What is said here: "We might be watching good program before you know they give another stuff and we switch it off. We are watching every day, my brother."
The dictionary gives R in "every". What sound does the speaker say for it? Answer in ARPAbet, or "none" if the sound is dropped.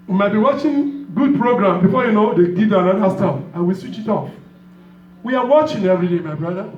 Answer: R